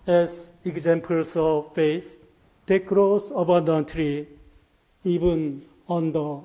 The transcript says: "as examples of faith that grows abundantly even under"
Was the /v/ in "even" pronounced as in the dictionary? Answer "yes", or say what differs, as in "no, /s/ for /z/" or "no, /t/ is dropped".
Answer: no, /b/ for /v/